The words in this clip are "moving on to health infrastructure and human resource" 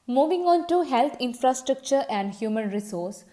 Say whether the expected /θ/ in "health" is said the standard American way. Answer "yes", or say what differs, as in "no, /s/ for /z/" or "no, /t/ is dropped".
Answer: no, /t/ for /θ/